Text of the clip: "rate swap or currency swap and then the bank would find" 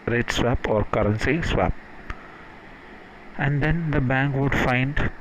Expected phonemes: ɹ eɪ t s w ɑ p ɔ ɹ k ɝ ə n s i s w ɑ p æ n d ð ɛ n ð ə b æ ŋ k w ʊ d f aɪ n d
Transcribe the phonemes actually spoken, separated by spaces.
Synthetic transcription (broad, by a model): ɹ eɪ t s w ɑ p ɔ ɹ k ɝ ə n s i s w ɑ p æ n d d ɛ n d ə b æ ŋ k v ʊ d f aɪ n d